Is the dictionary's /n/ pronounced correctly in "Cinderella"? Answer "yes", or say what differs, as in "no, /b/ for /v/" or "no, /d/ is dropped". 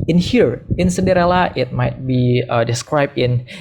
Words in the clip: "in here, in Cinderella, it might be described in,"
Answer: no, /n/ is dropped